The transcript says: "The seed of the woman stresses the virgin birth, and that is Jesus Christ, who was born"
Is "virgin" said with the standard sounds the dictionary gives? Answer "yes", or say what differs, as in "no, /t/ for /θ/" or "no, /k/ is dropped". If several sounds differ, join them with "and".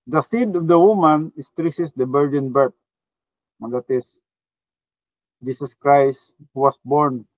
no, /b/ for /v/